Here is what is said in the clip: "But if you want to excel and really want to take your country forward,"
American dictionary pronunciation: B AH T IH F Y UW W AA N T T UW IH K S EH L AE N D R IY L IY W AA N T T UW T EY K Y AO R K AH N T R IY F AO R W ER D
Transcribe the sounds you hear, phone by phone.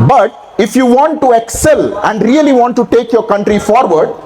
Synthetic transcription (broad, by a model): B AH T IH F Y UW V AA N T T UW IH K S EH L AE N D R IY L IY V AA N T T UW T EY K Y AO R K AH N T R IY F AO R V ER D